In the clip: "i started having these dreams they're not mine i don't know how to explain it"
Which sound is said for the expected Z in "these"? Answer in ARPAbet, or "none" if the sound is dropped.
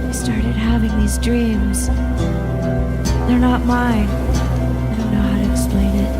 Z